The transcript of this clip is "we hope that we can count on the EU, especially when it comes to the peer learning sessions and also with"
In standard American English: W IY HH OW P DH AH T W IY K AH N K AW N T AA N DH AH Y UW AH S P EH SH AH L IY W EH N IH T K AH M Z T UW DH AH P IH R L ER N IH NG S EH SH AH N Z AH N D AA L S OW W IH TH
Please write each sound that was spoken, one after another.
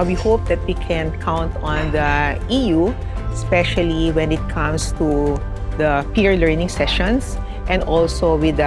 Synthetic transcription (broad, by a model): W IY HH OW P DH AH T W IY K AH N K AW N T AA N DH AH Y UW S P EH SH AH L IY W EH N IH T K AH M S T UW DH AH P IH R L ER N IH NG S EH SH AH N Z AH N D AA L S OW W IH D